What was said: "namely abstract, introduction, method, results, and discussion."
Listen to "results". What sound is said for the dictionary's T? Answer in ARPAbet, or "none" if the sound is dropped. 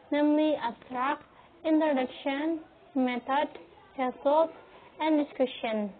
S